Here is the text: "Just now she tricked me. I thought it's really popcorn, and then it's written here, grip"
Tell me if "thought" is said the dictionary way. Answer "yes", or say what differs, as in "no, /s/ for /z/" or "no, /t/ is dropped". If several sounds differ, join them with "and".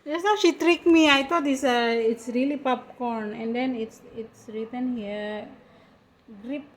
no, /t/ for /θ/